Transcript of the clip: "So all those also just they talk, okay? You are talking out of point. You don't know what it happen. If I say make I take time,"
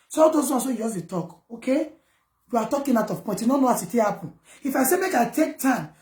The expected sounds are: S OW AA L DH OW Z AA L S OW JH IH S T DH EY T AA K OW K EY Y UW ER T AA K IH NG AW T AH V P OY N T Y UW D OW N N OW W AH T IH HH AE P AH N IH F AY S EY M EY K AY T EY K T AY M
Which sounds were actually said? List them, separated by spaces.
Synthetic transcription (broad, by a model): S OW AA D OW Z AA S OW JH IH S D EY T AA K OW K EY Y UW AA T AA K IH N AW T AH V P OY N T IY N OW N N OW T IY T IH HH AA P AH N IH F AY S EY M EY K AY T EY K T AY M